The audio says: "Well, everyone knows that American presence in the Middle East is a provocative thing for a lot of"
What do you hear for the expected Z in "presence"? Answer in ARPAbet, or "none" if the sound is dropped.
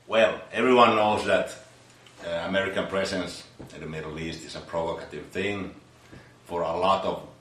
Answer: S